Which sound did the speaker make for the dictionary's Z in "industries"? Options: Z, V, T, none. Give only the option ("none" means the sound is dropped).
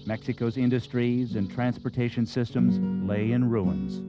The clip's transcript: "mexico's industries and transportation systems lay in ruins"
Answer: Z